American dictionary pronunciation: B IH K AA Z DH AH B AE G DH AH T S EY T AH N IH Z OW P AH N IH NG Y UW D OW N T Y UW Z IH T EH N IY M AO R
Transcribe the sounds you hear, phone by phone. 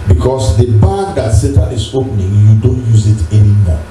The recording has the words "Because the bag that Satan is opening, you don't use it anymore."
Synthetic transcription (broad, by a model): B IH K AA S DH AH B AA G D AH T S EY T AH IH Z OW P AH N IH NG Y UW D OW N T Y UW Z IH T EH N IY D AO